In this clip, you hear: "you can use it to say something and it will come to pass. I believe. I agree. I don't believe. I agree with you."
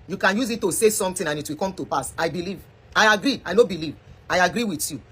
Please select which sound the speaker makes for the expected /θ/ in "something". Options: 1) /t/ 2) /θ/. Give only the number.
1